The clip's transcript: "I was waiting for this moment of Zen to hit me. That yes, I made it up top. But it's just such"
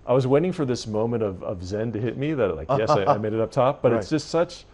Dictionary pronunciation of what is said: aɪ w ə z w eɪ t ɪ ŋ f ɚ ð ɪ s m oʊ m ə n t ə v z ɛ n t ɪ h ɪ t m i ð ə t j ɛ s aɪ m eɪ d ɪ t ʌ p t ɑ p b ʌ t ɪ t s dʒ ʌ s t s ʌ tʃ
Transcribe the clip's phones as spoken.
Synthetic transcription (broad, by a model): aɪ w ə z w eɪ t ɪ ŋ f ɚ ð ɪ s m oʊ m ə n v ə v z ɛ n t ɪ h ɪ t m i ð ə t j ɛ s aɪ m eɪ d ɪ t ʌ p t ɑ p b ʌ t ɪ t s dʒ ʌ s t s ʌ tʃ